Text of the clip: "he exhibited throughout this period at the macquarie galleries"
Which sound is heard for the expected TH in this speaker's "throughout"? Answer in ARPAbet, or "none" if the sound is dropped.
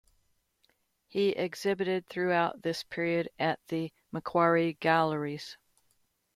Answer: TH